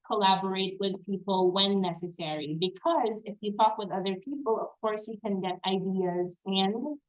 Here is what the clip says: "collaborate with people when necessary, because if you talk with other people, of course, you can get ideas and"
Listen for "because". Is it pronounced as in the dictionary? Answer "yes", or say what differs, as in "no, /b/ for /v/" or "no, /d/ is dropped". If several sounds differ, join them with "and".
yes